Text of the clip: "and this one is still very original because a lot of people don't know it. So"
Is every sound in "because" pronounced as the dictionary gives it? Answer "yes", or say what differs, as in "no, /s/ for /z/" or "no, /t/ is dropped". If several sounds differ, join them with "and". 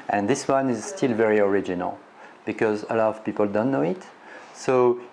yes